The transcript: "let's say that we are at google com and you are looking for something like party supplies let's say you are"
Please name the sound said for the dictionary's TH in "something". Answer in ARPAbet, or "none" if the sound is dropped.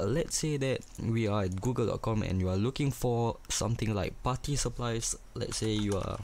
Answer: T